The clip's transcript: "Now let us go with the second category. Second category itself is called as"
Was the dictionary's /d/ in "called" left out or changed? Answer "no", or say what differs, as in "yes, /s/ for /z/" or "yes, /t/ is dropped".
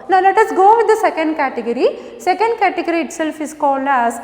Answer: yes, /d/ is dropped